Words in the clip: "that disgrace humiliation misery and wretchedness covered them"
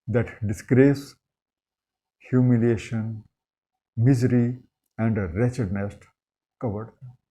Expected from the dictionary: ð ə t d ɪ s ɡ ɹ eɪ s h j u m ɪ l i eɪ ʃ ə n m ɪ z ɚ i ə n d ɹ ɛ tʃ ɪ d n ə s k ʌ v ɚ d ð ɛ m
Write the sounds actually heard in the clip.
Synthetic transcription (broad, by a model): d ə t d ɪ s ɡ ɹ eɪ s h j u m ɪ l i eɪ ʃ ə n m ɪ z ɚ i ə n d ɹ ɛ tʃ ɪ d n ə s k ʌ v ɚ d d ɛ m